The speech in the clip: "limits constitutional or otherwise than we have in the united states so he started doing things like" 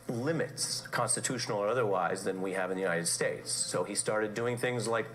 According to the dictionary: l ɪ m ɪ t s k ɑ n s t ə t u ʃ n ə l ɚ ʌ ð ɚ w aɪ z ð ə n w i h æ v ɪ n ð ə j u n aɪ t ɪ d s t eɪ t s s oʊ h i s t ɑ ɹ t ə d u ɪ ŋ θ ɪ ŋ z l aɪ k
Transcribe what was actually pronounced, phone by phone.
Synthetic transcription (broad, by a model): l ɪ m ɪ t s k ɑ n s t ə t u ʃ n l ɚ ʌ ð ɚ w aɪ z ð ə n w i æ v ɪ n ð ə j u n aɪ t ɪ d s t eɪ t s s oʊ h i s t ɑ ɹ t ə d u ɪ ŋ θ ɪ ŋ z l aɪ k